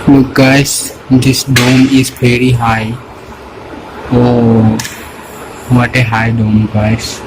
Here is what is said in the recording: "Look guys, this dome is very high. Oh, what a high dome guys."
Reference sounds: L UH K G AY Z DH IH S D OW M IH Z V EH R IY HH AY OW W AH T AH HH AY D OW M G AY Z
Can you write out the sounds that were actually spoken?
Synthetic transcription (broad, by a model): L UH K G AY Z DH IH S D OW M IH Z P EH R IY HH AY OW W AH T AH HH AY D OW M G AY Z